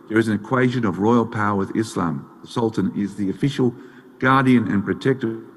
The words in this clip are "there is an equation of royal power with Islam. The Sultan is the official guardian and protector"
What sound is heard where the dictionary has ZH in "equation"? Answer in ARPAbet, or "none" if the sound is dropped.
ZH